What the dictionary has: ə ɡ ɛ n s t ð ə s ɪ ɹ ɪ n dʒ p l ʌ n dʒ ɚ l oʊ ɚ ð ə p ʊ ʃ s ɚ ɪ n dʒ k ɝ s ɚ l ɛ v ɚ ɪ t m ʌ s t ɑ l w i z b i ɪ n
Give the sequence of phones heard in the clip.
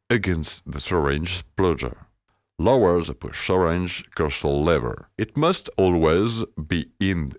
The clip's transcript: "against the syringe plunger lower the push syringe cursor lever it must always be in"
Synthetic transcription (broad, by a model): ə ɡ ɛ n s t ð ə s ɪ ɹ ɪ n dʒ p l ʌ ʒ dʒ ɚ l oʊ ɚ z p ʊ ʃ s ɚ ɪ n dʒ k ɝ s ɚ l ɛ v ɚ ɪ t m ʌ s t ɑ l w i z b i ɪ n